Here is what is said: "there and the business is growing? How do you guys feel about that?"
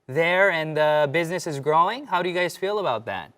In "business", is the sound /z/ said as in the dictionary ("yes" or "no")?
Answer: yes